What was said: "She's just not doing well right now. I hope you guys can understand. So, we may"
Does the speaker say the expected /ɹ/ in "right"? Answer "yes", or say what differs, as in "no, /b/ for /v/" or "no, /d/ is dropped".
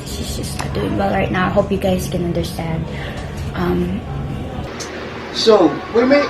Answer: yes